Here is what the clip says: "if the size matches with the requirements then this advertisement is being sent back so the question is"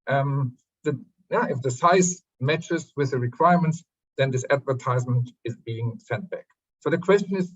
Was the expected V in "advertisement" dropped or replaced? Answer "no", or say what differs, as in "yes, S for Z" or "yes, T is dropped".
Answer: no